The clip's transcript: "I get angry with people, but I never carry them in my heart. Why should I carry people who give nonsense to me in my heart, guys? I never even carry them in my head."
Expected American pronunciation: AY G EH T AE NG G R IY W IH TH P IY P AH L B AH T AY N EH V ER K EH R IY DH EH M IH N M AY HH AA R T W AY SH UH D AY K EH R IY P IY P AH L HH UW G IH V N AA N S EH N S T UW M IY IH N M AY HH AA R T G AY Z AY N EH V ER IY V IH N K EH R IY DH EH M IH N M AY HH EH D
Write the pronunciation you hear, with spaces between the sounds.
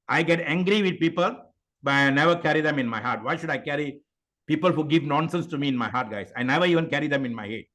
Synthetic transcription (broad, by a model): AY G EH T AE NG G R IY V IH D P IY P AH L B AH T AY N EH V ER K EH R IY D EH M IH N M AY HH AA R T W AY SH UH D AY K EH R IY P IY P AH L HH UW G IH V N AA N S EH N S T UW M IY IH N M AY HH AA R T G AY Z AY N EH V ER IY V IH N K EH R IY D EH M IH N M AY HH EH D